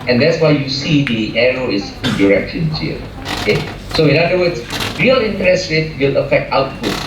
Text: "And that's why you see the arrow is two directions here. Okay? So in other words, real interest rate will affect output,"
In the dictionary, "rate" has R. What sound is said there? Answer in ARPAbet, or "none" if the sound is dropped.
W